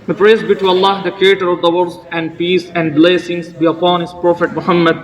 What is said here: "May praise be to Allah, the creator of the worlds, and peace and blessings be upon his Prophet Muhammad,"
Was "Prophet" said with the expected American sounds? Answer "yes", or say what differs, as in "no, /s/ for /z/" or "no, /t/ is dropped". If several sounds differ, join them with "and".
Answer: yes